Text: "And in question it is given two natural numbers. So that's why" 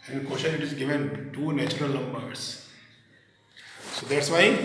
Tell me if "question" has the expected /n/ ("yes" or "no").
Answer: no